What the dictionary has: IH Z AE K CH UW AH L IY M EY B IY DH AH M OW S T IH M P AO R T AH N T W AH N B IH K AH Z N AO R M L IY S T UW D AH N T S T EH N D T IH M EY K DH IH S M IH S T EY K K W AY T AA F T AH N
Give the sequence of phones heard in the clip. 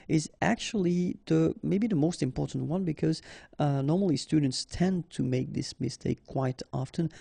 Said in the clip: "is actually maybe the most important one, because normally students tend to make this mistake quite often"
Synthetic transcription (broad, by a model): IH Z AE K CH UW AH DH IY M EY B IY DH AH M OW S T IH M P AO R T N T W AH N B IH K AH Z N AO R M L IY S T UW D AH N T S T EH N T IH M EY K DH IH S M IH S T EY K K W AY T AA F T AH N